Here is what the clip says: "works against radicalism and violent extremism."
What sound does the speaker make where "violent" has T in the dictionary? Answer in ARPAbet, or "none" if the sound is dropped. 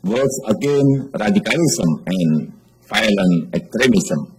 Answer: none